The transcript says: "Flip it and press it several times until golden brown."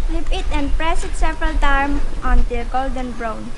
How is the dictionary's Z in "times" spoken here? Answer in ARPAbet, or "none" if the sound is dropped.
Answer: none